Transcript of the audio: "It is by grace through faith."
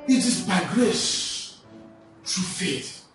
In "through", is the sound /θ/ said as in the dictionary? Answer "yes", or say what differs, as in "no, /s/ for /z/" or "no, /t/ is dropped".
no, /t/ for /θ/